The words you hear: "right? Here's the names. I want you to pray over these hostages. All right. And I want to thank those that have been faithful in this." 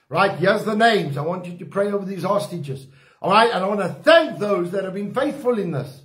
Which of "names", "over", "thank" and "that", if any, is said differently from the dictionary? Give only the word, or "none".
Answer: none